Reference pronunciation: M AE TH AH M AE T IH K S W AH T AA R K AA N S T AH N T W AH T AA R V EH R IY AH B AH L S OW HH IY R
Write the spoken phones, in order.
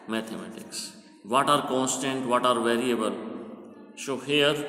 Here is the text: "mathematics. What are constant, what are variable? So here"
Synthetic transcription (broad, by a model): M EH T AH M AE T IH K S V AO T AA R K AA N S T AH N T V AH T AA R V EH R IY AH B AH L SH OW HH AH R